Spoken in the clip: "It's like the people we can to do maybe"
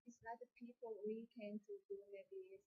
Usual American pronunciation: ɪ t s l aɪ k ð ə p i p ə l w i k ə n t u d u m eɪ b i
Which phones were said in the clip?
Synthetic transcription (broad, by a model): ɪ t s n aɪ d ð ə p i p ə l w i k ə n t u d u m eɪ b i